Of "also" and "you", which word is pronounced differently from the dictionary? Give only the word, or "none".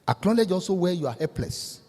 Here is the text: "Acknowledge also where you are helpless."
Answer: also